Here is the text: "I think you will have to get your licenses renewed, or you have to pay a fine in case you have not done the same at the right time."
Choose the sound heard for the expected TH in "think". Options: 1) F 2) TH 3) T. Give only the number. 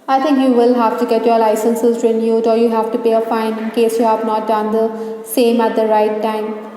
3